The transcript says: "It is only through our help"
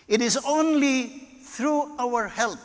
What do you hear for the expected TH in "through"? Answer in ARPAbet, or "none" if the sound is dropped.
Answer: T